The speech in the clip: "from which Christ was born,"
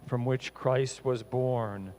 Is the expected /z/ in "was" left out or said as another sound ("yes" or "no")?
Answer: no